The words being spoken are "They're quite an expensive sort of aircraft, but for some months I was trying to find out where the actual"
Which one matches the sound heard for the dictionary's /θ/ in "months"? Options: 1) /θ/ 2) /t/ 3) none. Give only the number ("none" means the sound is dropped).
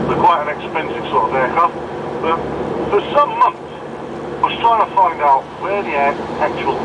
1